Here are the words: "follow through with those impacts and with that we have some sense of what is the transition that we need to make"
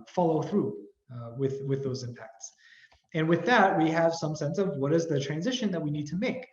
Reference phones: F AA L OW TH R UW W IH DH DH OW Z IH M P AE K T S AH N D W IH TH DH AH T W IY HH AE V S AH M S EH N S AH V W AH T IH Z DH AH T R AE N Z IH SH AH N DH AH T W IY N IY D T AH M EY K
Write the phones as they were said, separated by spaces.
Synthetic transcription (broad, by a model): F AA L OW TH R UW W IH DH DH OW Z IH M P AE K T S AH N W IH DH AH T W IY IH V S AH M S EH N S AH V W AH T IH Z DH AH T R AE N Z IH SH AH N DH AH T W IY N IY D T AH M EY K